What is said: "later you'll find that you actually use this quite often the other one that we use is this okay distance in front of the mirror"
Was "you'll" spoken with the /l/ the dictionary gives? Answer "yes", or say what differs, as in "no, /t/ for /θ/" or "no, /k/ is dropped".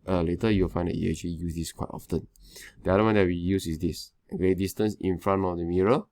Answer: no, /w/ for /l/